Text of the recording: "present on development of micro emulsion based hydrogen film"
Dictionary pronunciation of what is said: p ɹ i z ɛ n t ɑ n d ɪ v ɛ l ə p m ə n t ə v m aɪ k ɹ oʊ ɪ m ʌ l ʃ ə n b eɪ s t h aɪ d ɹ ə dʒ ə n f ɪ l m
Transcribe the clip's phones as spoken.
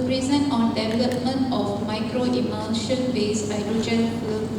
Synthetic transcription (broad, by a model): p ɹ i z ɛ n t ɑ n d ɪ v ɛ l ə p m ə n t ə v m aɪ k ɹ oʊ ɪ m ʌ n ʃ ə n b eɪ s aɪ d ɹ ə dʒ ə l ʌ